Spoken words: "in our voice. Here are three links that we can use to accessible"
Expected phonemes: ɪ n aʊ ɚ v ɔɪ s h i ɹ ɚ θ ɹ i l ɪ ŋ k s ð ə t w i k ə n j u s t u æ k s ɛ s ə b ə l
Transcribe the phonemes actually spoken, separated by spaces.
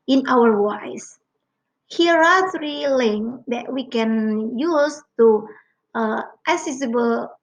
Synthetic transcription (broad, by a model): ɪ n aʊ ɚ w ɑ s h i ɹ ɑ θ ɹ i l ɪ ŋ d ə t w i k ə n j u s t u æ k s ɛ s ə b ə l